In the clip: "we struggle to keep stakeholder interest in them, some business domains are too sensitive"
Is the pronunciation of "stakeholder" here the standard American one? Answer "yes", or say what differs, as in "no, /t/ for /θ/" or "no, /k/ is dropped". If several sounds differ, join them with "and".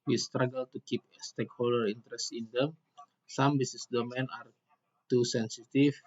yes